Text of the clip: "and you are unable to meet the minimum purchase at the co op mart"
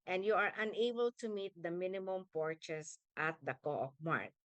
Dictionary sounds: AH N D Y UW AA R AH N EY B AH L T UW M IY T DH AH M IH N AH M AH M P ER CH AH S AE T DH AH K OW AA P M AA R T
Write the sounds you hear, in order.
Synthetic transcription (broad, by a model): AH N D Y UW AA R AH N EY B AH L T UW M IY T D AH M IH N AH M AH M P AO CH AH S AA T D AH K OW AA F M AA R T